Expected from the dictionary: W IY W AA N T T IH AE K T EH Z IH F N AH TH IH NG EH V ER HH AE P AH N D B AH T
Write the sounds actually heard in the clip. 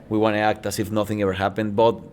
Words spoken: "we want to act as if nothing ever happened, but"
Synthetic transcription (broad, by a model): W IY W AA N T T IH AE K T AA S IH F N AH TH IH NG EH V ER HH AE P AH N D B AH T